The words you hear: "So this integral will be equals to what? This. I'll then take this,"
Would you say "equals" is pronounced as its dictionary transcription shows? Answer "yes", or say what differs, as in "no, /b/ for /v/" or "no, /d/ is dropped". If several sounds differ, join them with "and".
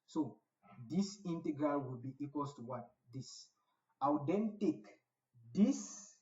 no, /z/ is dropped